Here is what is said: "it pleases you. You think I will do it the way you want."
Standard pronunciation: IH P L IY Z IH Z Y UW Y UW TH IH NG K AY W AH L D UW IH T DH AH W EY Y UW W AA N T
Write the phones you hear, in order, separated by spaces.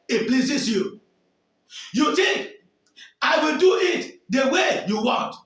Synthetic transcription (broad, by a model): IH P L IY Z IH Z Y UW Y UW T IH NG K AY W AH L D UW IH T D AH W EY Y UW W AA N T